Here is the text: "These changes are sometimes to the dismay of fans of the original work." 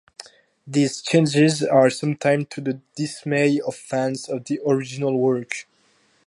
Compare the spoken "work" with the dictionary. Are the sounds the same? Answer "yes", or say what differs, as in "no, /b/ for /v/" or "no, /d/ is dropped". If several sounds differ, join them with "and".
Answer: yes